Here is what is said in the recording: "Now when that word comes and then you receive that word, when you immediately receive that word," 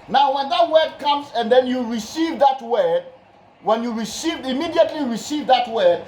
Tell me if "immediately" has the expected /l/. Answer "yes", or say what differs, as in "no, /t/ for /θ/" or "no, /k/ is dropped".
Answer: yes